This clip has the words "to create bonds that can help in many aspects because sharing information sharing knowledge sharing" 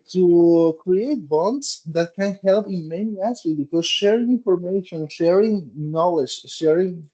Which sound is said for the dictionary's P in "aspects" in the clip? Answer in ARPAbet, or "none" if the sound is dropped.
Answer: none